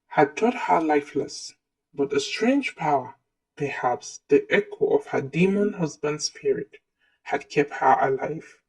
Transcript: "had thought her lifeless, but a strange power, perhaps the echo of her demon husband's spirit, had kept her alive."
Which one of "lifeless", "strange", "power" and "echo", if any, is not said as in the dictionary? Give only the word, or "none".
none